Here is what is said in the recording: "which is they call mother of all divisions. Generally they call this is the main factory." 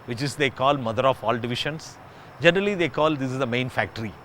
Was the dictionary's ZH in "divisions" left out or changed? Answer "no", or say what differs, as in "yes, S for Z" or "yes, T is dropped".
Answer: yes, SH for ZH